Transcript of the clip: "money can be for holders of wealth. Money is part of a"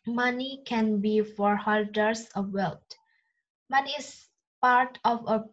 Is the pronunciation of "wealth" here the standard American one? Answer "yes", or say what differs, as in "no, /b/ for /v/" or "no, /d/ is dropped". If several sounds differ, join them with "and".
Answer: no, /t/ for /θ/